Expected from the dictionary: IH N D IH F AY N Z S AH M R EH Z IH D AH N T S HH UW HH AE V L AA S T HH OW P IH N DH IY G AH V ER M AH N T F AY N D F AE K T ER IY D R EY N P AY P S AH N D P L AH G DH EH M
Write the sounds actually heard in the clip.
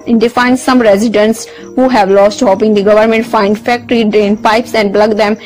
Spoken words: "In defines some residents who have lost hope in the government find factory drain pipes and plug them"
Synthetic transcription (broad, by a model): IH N D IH F AY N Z S AH M R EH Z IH D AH N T S HH UW HH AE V L AA S T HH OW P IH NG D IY G AH V ER M AH N T F AY N D F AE K T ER IY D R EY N P AY P S AH N D B L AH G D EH M